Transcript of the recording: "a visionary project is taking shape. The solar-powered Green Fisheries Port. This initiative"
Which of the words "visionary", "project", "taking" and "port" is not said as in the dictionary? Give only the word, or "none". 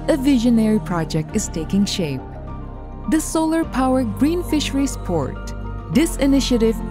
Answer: none